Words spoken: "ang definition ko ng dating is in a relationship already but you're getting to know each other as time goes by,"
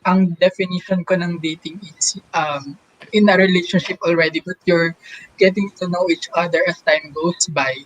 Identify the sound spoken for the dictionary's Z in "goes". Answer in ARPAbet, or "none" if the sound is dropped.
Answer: S